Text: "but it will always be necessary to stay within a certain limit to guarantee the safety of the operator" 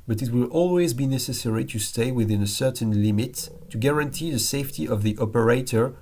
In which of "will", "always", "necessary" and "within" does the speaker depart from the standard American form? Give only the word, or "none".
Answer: none